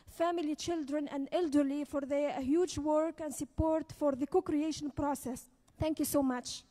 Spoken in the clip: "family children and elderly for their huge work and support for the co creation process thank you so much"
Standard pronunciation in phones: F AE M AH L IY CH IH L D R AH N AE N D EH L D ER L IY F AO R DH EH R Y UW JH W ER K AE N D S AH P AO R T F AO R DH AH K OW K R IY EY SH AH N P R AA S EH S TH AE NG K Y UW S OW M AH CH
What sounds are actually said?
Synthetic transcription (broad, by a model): F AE M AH L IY CH IH L D R AH N AE N D EH L D ER L IY F AO R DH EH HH Y UW JH W ER K AE N D S AH P AO R T F AO R DH AH K OW K R IY EY SH AH N P R AA S EH S TH AE NG K Y UW S OW M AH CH